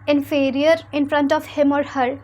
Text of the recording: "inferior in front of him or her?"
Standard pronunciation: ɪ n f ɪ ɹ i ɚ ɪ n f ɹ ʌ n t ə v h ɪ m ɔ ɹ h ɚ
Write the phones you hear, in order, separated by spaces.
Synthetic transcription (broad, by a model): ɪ n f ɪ ɹ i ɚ ɪ n f ɹ ʌ n t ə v h ɪ m ɔ ɹ h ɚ